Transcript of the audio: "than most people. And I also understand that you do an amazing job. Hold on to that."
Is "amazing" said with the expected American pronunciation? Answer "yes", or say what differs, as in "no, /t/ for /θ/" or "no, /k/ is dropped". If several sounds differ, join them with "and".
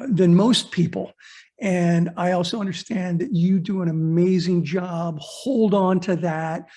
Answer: yes